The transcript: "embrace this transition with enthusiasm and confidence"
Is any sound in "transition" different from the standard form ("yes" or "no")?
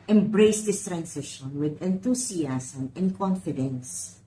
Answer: yes